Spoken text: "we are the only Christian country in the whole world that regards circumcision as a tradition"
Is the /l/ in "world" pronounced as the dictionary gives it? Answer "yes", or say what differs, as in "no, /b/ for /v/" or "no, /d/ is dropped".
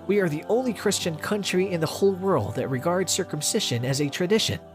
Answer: yes